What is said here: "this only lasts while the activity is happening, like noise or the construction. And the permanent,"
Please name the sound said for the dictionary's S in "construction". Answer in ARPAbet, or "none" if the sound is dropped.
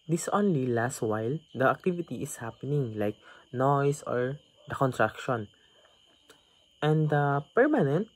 none